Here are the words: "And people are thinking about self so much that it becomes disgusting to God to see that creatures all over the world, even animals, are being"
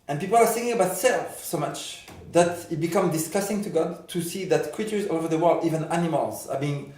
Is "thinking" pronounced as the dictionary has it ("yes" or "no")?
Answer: no